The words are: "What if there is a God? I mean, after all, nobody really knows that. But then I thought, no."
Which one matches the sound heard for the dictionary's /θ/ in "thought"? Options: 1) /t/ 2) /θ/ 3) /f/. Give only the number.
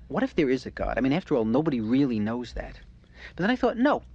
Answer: 2